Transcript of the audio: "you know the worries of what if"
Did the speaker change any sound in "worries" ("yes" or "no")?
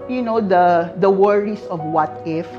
yes